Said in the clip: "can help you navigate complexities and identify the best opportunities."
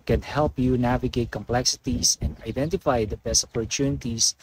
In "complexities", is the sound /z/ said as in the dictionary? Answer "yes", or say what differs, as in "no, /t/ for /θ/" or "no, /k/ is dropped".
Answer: no, /s/ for /z/